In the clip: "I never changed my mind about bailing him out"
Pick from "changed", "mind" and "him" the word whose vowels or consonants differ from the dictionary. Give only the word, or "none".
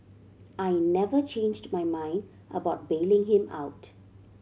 none